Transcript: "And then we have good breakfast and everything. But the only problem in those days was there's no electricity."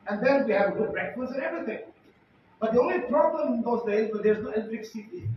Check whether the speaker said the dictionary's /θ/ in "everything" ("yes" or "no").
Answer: no